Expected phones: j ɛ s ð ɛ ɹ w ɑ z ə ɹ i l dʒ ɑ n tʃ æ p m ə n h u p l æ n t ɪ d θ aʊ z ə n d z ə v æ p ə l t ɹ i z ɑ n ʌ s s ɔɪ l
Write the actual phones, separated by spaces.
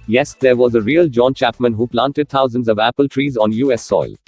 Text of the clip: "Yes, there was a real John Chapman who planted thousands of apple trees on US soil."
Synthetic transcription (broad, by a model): j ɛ s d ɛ ɹ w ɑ z ə ɹ i l dʒ ɑ n tʃ æ p m ə n h u p l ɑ n t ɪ d t aʊ z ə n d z ə v æ p ə l t ɹ i z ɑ n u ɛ s ɔɪ l